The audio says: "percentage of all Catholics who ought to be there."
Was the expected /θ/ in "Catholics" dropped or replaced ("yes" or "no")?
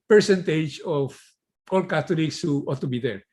yes